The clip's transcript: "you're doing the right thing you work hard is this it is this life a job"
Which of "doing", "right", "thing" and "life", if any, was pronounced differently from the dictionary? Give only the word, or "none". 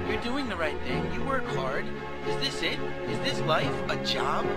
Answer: none